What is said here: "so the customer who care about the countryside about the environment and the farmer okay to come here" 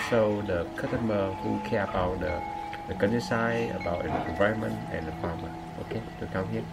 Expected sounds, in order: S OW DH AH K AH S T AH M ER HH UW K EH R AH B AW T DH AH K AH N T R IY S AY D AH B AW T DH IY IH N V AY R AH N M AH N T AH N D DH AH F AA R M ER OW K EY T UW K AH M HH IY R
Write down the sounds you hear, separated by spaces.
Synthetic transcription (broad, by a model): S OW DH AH K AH T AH M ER HH UW K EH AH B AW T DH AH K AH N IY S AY AH B AW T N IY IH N V AY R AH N M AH N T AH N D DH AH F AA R M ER OW K EY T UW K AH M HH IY